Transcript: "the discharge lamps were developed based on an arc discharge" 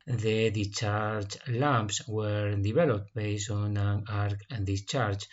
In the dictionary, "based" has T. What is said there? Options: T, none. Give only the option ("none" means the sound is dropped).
none